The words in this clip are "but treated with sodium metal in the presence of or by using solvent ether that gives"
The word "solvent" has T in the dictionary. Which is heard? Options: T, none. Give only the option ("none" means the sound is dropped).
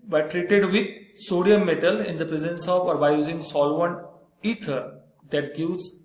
none